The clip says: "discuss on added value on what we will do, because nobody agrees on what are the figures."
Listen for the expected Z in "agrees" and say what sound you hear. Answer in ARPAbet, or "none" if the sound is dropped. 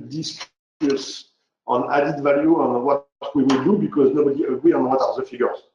none